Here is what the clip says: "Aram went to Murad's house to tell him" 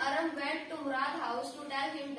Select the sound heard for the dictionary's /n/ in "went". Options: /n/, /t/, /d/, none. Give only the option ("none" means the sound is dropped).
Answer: none